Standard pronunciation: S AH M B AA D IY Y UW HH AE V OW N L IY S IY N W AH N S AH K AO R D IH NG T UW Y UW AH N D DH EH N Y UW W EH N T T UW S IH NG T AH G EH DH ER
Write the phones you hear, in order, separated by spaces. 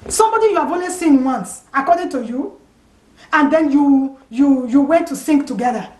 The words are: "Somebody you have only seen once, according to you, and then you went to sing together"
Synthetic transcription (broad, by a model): S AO M B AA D IY Y UW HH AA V OW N W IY S IY N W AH N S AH K AO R D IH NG T UW Y UW AH N D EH N Y UW W EH N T T UW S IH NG T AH G EH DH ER